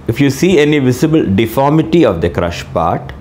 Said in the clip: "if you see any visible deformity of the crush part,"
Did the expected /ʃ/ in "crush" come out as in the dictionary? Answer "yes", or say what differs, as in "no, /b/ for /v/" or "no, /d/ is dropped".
yes